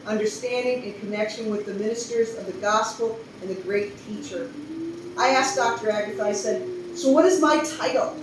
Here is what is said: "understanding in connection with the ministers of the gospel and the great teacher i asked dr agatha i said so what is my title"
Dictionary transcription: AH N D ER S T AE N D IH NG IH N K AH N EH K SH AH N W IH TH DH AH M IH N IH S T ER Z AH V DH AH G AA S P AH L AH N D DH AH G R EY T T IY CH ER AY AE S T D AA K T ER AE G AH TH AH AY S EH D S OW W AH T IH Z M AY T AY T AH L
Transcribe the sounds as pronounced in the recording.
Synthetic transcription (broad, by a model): AH N D ER S T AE N D IH NG IH N K AH N EH K SH AH N W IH DH AH M IH N IH S T ER Z AH V DH AH G AA S P L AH N DH AH G R EY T T IY CH ER AY AE S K D AA K T ER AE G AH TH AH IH S EH D S OW W AH T IH Z M AY T AY T L